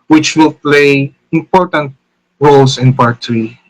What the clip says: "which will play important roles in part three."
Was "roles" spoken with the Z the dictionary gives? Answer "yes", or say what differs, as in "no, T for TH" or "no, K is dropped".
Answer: no, S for Z